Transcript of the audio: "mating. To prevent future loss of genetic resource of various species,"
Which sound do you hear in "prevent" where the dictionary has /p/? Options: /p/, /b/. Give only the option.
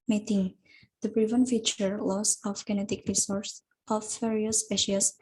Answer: /b/